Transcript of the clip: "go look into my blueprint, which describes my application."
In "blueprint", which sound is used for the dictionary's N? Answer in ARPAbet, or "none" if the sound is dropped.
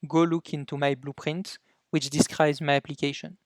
N